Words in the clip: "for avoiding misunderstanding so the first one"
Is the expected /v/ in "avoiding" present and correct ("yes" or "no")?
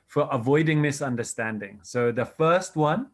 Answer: yes